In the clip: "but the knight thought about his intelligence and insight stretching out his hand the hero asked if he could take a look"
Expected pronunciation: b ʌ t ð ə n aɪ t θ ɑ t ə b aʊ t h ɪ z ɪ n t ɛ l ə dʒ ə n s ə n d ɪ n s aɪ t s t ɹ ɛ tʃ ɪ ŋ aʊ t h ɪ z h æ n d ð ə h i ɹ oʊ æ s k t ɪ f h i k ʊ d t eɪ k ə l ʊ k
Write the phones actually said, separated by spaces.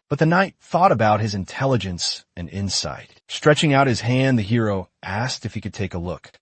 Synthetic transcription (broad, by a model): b ʌ t ð ə n aɪ t θ ɑ t ə b aʊ t h ɪ z ɪ n t ɛ l ə dʒ ə n s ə n ɪ n s aɪ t s t ɹ ɛ tʃ ɪ ŋ aʊ t h ɪ z h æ n ð ə h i ɹ oʊ æ s k t ɪ f h i k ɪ d t eɪ k ə l ʊ k